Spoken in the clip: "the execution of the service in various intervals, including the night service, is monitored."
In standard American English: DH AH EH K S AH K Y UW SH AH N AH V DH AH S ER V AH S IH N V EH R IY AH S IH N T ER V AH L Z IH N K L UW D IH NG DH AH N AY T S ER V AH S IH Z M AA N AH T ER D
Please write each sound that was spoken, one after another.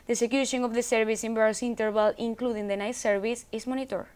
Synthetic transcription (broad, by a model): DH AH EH S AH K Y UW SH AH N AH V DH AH S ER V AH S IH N B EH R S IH N T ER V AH L IH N K L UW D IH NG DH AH N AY S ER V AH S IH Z M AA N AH T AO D